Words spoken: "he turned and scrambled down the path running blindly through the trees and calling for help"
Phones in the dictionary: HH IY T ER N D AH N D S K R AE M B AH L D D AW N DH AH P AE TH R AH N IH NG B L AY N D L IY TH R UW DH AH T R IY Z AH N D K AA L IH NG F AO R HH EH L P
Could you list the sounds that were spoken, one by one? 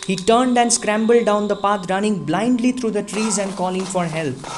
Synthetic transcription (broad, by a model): HH IY T ER N D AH N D S K R AE M B AH L D D AW N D AH P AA T R AH N IH NG B L AY N D L IY T R UW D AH T R IY Z AH N D K AA L IH NG F AO R HH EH L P